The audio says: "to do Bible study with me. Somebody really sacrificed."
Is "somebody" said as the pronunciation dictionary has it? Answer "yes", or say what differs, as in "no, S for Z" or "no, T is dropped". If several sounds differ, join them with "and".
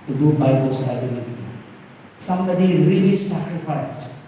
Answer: yes